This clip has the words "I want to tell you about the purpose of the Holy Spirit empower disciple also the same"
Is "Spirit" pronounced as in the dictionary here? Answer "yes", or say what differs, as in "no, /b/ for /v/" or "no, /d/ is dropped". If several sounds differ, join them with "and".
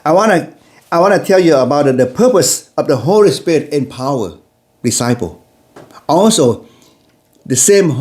yes